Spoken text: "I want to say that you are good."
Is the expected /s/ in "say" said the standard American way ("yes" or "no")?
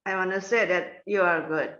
yes